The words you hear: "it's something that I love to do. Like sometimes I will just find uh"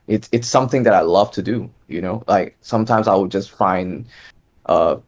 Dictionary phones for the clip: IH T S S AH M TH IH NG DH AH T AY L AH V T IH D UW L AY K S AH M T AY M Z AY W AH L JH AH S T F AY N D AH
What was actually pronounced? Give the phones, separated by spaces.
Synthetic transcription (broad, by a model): IH T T S AH M TH IH NG DH AH T AY L AH V T IH D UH L AY K S AH M T AY M Z AY W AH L JH AH S T F AY N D AH